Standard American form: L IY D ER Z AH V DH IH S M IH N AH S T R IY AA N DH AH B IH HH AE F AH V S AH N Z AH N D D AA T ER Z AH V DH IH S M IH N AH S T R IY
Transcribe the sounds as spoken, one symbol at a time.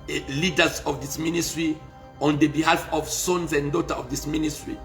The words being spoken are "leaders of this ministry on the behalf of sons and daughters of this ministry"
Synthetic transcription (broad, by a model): L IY D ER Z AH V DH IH S M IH N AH S T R IY AA N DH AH B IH HH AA F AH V S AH N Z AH N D D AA T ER AH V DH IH S M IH N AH S T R IY